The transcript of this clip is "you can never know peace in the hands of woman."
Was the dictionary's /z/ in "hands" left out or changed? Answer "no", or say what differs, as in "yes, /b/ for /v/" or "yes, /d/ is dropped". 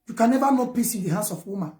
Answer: yes, /s/ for /z/